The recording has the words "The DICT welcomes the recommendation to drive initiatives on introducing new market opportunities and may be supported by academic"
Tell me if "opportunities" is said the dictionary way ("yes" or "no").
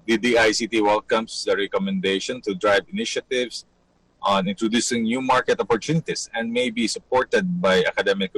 no